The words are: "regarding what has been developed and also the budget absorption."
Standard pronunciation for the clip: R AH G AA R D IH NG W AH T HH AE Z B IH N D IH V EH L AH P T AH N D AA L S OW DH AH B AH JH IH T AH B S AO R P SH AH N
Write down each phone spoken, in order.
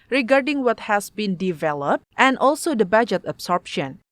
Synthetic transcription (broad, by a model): R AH G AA R D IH NG W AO T HH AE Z B IH N D IH V EH L AH P T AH N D AA L S OW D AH B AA JH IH T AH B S AO R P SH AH N